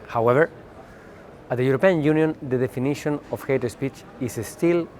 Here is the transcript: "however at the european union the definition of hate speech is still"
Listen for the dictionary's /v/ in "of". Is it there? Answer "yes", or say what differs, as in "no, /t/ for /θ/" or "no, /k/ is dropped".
no, /f/ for /v/